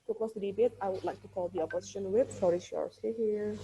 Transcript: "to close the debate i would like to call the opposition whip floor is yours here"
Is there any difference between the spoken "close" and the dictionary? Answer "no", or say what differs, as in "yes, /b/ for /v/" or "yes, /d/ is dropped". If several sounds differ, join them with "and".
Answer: yes, /l/ is dropped